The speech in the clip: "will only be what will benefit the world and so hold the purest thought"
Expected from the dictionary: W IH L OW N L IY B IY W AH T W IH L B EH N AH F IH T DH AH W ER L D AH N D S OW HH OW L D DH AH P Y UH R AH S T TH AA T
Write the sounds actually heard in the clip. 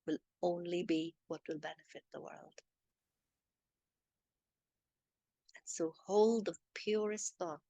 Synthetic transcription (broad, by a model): W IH L OW N L IY B IY W AH T W IH L B EH N AH F IH T DH AH W ER L D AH N S OW HH OW L D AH P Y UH R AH S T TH AA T